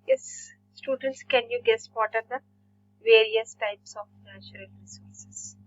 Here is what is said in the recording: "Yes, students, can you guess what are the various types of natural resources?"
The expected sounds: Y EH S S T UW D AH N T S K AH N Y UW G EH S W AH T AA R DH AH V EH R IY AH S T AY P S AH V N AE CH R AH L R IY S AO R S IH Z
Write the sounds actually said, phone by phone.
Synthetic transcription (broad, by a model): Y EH S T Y UW D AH N T S K AH N Y UW G EH S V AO T AA R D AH V EH R IY AH S T AY P S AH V N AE CH R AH L R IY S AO R S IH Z